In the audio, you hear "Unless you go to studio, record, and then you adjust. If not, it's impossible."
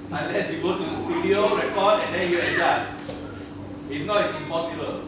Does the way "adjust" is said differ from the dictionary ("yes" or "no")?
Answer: yes